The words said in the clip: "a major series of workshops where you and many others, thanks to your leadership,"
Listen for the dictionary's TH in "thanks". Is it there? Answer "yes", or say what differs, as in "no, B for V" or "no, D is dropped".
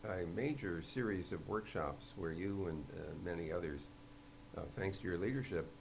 yes